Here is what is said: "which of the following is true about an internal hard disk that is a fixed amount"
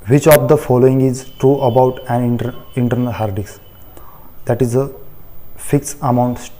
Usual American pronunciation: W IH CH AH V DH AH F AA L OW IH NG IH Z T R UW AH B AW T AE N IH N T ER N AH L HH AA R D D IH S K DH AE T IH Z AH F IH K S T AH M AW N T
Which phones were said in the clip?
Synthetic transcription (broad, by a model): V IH CH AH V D AH F AA L OW IH NG IH Z T R UW AH B AW T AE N IH N T ER N AH L HH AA R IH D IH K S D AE T IH Z AH F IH K S AH M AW N T